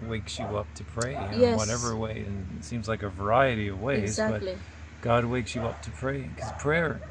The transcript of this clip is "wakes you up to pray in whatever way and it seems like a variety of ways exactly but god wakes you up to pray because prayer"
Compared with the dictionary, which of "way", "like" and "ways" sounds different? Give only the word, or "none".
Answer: ways